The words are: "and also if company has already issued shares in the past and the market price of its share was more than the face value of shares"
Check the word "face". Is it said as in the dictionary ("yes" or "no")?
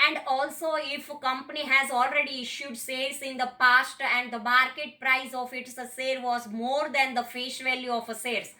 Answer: no